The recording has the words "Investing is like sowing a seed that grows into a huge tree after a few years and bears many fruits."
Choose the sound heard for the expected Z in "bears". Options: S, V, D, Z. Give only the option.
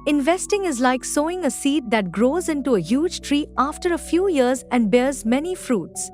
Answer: Z